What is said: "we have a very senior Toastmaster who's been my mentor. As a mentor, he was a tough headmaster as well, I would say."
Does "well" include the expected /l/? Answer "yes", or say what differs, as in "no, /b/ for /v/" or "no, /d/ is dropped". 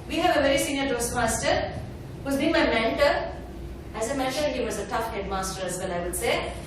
no, /n/ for /l/